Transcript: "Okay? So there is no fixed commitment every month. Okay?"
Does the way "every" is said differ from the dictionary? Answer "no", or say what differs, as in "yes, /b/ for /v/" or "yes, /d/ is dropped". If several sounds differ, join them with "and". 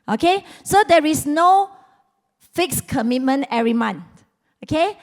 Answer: yes, /v/ is dropped